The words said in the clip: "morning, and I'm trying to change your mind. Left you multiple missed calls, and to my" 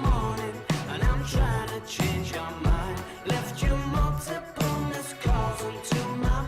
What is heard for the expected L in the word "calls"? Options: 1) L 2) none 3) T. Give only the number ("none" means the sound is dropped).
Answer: 2